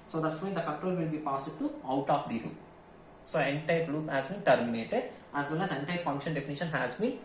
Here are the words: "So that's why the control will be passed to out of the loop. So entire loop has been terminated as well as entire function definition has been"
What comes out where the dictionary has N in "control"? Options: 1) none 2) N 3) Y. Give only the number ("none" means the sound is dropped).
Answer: 1